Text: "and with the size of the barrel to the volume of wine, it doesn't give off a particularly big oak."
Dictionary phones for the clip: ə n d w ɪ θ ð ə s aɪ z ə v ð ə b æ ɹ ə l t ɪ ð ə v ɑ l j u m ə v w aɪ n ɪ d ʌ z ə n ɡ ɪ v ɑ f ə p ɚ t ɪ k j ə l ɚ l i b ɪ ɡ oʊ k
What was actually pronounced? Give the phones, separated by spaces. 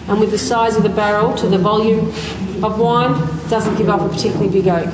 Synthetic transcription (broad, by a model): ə n w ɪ ð ə s aɪ z ə v ð ə b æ ɹ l t ɪ ð ə v ɑ l j u m ə v w aɪ n d ʌ z ə n ɡ ɪ v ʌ p ə p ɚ t ɪ k j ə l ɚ l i b ɪ ɡ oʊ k